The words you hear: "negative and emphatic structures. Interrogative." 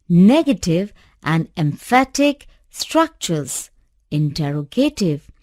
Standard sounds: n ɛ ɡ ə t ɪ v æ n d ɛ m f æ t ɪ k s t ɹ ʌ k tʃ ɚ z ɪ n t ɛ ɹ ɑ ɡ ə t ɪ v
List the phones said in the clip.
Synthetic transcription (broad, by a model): n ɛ ɡ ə t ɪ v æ n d ɛ m f æ t ɪ k s t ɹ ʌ k tʃ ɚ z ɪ n t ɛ ɹ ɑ ɡ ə t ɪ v